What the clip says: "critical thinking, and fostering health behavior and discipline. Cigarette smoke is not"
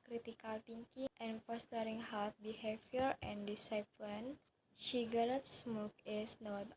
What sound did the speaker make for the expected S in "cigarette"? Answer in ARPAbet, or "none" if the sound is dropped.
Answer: SH